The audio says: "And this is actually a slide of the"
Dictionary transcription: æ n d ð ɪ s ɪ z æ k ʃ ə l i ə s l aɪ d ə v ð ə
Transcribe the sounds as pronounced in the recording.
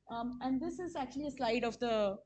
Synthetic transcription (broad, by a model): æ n d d ɪ s ɪ z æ k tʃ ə l i ə s l aɪ d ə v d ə